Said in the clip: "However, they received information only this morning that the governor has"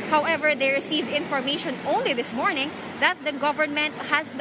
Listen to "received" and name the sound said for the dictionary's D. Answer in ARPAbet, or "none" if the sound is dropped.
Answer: D